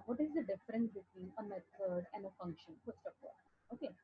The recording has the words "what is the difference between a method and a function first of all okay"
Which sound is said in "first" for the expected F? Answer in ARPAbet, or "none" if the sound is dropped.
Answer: P